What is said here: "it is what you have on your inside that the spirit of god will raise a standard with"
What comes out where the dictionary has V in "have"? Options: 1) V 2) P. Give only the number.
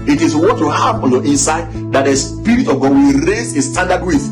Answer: 2